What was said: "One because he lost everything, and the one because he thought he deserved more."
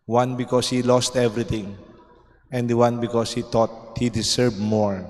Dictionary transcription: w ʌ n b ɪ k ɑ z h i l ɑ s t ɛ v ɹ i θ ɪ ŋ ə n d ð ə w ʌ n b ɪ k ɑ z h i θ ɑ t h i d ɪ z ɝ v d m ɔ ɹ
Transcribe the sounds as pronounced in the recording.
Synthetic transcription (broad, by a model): w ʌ n b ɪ k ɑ s h i l ɑ s t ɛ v ɹ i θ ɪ ŋ ə n d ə w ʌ n b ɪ k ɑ s h i t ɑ t h i d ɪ s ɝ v m ɔ ɹ